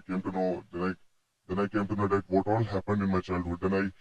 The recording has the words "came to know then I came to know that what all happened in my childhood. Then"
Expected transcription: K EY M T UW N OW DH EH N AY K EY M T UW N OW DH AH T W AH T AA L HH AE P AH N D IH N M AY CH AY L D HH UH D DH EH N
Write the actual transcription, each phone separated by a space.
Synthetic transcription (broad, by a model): K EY M T UW N OW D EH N AY K EY M T UW N OW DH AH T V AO T AA L HH AE P AH N D IH N M AY CH AY L D HH UH D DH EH N